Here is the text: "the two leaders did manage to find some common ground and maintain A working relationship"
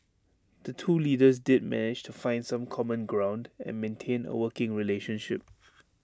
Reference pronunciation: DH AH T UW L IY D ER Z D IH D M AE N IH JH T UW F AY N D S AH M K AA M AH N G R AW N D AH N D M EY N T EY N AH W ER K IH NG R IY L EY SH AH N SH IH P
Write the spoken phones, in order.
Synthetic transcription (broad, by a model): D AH T UW L IY D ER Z D IH D M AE N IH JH T UW F AY N D S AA M K AA M AH N G R AW N D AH N M EY N T EY N AH W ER K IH NG R IY L EY SH AH N SH IH P